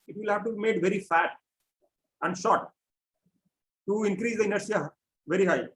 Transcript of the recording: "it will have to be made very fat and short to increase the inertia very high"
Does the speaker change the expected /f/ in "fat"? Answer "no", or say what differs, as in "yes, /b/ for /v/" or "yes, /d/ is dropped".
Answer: no